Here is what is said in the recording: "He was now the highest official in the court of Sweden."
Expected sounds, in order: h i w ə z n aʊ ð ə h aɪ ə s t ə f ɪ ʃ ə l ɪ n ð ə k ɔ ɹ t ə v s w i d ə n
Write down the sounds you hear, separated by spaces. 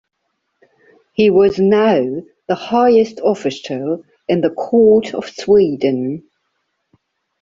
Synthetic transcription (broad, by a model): h i w ə z n aʊ ð ə h aɪ ə s t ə f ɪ s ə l ɪ n ð ə k ɔ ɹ t ə v s w i d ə n